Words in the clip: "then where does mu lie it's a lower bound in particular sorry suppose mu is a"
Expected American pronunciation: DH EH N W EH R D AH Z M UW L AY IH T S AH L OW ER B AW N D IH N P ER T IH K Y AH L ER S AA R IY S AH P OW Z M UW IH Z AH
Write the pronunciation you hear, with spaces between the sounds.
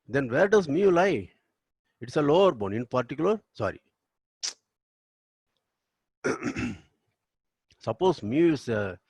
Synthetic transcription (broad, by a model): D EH N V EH R D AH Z M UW L AY IH T S AH L OW ER B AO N IH N P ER T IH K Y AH L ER S AA R IY S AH P OW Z M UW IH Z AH